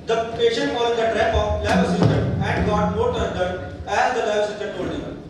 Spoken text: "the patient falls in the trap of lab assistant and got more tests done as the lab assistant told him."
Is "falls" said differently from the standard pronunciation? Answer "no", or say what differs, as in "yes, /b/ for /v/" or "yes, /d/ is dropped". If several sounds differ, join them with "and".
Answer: yes, /z/ is dropped